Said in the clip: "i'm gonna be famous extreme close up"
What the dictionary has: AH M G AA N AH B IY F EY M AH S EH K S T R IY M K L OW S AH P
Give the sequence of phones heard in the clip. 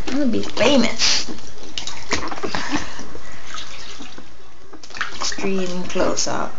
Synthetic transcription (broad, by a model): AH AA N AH B IY F EY M AH S EH K S T R IY M K L OW S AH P